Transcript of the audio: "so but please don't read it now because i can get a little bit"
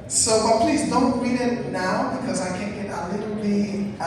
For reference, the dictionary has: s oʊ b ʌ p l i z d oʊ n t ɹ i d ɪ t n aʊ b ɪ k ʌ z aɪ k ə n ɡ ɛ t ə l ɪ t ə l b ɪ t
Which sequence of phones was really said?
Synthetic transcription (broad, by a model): s oʊ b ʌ p l i z d oʊ n t ɹ i d ɪ t n aʊ b ɪ k ʌ z aɪ k ə n ɡ ɛ t ə l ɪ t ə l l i